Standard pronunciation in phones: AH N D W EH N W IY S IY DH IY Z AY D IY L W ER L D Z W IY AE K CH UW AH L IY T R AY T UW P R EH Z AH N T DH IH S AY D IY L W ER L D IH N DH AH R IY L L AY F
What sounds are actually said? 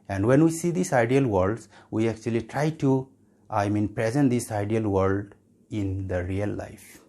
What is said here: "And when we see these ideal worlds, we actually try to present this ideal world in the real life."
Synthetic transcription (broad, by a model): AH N D W EH N W IY S IY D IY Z AY D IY L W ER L D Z W IY AE K CH UW AH L IY T R AY T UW P R EH Z AH N T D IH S AY D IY L W ER L D IH N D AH R IY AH L AY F